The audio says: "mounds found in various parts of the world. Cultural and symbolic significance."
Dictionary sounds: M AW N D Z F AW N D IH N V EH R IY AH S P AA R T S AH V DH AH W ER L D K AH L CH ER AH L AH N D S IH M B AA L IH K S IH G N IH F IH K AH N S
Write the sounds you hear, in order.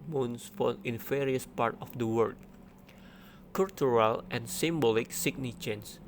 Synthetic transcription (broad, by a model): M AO N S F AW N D IH N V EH R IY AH S P AA R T AH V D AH W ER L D K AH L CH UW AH L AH N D S IH M B AA L IH K S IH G N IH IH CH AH N S